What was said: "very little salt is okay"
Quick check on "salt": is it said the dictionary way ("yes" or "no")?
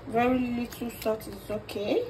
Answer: no